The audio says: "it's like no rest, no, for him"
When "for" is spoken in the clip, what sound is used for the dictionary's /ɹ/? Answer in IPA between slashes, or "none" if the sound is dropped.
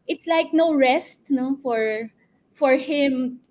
/ɹ/